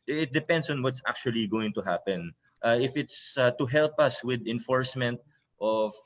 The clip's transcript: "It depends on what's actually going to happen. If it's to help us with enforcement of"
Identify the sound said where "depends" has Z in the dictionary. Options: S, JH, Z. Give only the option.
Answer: S